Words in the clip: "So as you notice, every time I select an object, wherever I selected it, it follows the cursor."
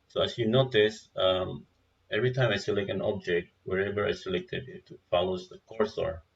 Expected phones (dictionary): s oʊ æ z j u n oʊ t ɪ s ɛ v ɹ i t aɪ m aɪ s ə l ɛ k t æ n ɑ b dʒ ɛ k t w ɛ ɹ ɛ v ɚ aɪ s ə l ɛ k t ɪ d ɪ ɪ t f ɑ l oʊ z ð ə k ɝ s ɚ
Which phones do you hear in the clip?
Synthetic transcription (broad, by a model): s oʊ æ s j u n oʊ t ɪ s ɛ v ɹ i t aɪ m aɪ s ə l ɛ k æ n ɑ b dʒ ɛ k t w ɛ ɹ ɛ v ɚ aɪ s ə l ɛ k t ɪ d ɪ ɪ t f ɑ l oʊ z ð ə k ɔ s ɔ